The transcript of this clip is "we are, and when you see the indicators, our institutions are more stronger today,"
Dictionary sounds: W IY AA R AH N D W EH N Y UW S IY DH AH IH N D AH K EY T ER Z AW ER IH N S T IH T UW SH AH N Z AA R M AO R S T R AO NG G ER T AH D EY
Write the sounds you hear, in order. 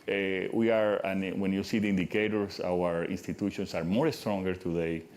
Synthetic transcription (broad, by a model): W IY AA R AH N W EH N Y UW S IY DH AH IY N D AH K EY T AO S AW ER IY N S T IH T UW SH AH N S AA R M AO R S T R AO NG G ER T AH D EY